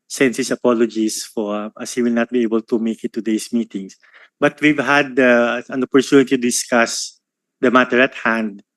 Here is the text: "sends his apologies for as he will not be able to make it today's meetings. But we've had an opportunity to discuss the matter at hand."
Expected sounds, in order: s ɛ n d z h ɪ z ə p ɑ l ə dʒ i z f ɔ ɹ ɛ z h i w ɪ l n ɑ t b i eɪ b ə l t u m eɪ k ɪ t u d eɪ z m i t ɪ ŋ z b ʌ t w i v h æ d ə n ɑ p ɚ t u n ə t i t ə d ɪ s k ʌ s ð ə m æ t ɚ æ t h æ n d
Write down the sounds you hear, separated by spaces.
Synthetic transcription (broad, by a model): s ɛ n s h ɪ s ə p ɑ l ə dʒ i s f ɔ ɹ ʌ s h i w ɪ l n ɑ t b i eɪ b ə l t u m eɪ k ɪ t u d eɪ s m i t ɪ ŋ s b ʌ t w i v h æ d ə n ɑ p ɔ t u n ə t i t ə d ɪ s k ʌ s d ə m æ t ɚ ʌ t h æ n d